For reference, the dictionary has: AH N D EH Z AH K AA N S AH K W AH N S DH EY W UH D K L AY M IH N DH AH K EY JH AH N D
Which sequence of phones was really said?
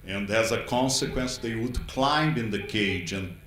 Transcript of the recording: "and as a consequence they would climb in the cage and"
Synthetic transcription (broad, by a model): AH N D EH Z AH K AA N S AH K W AH N S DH EY W UH D K L AY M IH N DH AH K EY JH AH N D